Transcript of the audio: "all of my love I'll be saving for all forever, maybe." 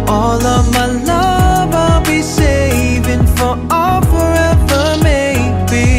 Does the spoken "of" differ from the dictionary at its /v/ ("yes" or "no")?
no